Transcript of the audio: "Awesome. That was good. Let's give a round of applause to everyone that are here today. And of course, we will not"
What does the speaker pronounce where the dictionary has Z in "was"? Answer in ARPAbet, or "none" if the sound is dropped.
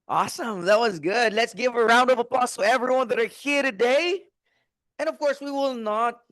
Z